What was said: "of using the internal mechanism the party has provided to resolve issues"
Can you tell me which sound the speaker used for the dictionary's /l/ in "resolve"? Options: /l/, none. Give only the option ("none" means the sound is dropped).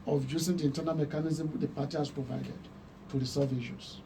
none